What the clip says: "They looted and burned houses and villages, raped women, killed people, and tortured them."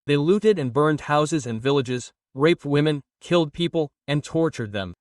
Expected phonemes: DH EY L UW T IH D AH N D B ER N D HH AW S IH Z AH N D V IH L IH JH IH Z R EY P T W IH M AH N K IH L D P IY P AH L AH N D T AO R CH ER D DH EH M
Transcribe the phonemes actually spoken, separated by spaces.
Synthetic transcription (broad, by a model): DH EY L UW T IH D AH N B ER N D HH AW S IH Z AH N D V IH L IH JH IH Z R EY P T W IH M AH N K IH L D P IY P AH L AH N T AO R CH ER D DH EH M